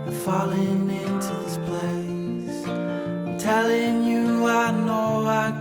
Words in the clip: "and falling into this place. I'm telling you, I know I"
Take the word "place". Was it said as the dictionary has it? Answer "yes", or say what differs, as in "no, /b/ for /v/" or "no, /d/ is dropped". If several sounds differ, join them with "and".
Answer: no, /s/ is dropped